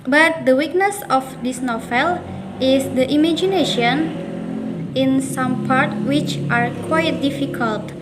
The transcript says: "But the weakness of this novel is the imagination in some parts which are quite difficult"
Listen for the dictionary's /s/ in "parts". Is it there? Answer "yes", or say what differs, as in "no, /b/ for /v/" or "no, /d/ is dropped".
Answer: no, /s/ is dropped